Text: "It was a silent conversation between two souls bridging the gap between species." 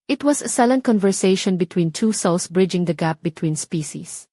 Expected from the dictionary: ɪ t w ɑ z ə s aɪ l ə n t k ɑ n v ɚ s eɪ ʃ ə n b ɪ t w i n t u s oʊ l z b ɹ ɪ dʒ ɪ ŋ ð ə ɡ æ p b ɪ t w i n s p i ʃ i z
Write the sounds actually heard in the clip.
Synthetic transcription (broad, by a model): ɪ t w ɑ s ə s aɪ l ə n k ɑ n v ɚ s eɪ ʃ ə n b ɪ t w i n t u s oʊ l s b ɹ ɪ dʒ ɪ ŋ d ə ɡ æ p b ɪ t w i n s p i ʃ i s